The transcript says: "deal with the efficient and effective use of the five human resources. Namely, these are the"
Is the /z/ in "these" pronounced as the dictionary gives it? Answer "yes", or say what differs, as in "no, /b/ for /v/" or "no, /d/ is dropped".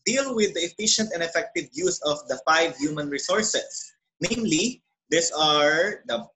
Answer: no, /s/ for /z/